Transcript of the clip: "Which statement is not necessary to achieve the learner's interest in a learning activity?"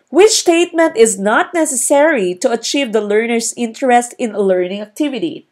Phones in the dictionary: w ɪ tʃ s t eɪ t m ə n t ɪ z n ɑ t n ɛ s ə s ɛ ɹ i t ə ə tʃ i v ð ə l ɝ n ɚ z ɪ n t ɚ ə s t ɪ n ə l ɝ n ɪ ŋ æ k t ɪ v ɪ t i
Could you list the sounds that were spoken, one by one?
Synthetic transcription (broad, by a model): w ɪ tʃ s t eɪ t m ə n t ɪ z n ɑ t n ɛ s ə s ɛ ɹ i t ə ə tʃ i v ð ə l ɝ n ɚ s ɪ n t ɚ ə s t ɪ n ə l ɝ n ɪ ŋ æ k t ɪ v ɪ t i